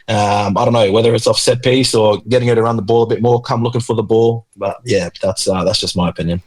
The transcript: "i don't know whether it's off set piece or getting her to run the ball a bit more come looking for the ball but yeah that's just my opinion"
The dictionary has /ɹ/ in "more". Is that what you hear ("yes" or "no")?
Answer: yes